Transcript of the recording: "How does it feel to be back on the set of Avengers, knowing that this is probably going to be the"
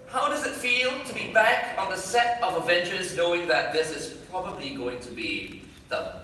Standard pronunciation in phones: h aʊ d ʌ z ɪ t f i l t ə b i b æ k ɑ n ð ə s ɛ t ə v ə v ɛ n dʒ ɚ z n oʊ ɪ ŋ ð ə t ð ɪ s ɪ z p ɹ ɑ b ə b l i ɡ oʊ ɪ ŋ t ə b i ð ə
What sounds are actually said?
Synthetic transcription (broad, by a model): h aʊ d ʌ z ɪ t f i l t ə b i b æ k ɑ n ð ə s ɛ t ə v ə v ɛ n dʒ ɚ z n oʊ ɪ ŋ ð ə t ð ɪ s ɪ z p ɹ ɑ b ə b l i ɡ oʊ ɪ ŋ t ə b i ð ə